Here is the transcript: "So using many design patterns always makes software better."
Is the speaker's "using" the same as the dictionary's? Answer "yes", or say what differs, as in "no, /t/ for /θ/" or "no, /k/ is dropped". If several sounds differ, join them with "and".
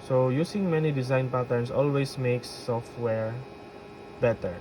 no, /s/ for /z/